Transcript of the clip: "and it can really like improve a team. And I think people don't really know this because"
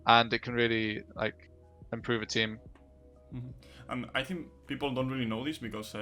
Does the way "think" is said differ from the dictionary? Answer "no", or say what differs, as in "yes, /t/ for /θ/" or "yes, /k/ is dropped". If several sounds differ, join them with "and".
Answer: no